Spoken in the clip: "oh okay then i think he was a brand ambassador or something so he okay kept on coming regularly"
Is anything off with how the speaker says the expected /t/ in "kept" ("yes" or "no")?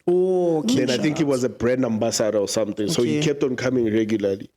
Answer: no